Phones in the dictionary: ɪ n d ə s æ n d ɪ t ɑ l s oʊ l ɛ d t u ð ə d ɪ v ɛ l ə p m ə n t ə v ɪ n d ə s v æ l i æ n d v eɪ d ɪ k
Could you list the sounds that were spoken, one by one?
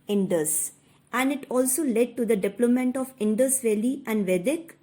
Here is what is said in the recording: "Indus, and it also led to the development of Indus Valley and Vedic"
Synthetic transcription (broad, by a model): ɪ n d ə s æ n d ɪ t ɑ l s oʊ l ɛ d t u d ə d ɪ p l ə m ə n t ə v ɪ n d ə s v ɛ l i æ n d v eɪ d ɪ k